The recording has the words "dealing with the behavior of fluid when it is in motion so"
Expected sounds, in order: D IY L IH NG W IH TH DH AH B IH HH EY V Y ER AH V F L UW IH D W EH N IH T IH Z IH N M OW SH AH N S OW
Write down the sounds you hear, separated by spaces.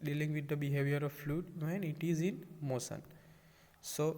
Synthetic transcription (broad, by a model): D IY L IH NG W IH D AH B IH HH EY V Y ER AH V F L UW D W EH N IH T IH Z IH N M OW S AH N S OW